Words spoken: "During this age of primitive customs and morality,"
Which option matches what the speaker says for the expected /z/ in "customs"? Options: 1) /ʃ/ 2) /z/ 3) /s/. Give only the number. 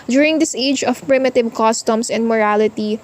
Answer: 3